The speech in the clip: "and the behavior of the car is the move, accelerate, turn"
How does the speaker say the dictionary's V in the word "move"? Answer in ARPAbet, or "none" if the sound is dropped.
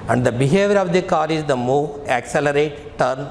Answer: none